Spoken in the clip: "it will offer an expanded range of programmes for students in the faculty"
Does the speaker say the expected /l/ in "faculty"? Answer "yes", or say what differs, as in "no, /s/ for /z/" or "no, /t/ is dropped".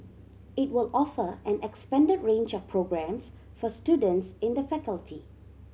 yes